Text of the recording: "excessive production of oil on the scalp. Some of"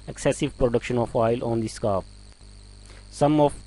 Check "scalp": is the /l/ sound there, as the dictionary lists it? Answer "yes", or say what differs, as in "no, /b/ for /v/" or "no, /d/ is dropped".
no, /l/ is dropped